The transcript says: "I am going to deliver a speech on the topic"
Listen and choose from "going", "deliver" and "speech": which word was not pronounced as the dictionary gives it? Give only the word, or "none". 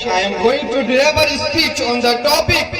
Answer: deliver